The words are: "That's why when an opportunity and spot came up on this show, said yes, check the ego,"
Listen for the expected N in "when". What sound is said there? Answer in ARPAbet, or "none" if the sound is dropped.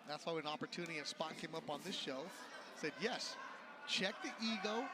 none